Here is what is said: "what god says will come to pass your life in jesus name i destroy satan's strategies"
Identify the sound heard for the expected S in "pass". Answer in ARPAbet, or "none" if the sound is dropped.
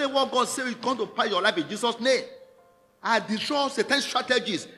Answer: none